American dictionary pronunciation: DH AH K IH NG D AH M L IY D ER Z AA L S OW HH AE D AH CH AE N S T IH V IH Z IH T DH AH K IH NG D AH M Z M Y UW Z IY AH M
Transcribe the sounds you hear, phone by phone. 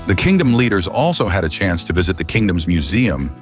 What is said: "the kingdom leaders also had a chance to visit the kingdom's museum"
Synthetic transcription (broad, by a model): DH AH K IH NG D AH M L IY D ER Z AA L S OW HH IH D AH CH AE N S T IH V IH Z IH T DH AH K IH NG D AH M Z M Y UW Z IY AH M